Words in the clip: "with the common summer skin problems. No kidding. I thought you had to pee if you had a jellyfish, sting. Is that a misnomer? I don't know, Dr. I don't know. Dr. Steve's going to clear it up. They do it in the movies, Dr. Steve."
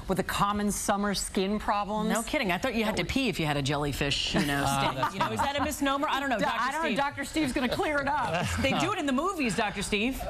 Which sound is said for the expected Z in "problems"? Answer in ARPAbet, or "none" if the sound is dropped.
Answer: none